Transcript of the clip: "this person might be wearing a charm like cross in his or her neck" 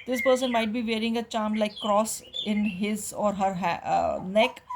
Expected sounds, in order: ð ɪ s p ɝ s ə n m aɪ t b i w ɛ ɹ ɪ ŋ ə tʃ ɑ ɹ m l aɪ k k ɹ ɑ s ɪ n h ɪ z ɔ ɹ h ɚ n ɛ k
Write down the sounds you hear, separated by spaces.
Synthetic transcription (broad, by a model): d ɪ s p ɝ s ə n m aɪ t b i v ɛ ɹ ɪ ŋ ə tʃ ɑ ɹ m l aɪ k k ɹ ɑ s ɪ n h ɪ z ɔ ɹ h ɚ n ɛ k